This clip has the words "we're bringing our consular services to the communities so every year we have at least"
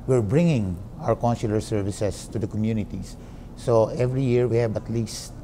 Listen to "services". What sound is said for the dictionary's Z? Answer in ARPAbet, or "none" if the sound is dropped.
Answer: S